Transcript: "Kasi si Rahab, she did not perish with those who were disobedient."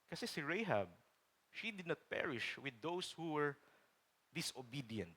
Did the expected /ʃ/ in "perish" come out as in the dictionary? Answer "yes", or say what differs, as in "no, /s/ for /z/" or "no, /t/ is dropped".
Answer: yes